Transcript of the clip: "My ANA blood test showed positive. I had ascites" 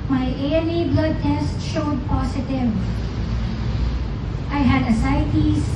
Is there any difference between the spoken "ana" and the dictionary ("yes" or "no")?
yes